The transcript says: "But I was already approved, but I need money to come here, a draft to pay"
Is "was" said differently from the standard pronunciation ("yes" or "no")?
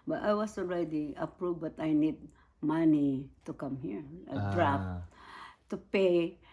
yes